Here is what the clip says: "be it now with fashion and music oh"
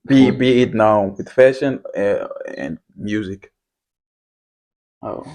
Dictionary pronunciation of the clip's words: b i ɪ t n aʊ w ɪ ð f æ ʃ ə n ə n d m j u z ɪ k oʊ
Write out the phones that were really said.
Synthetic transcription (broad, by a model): b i ɪ t n aʊ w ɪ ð f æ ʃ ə n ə n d m j u z ɪ k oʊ